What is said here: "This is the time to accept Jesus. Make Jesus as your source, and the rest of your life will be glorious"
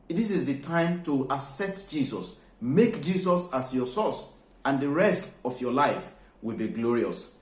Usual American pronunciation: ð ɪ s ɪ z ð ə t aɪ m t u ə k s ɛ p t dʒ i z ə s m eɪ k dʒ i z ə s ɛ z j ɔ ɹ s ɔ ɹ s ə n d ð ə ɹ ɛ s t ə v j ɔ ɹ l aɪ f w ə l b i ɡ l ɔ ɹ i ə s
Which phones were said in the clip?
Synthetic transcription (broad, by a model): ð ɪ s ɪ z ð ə t aɪ m t u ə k s ɛ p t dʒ i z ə s m eɪ k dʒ i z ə s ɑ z j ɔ s ɔ s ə n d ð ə ɹ ɛ s t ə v j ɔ l aɪ f w ə l b i ɡ l ɔ ɹ i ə s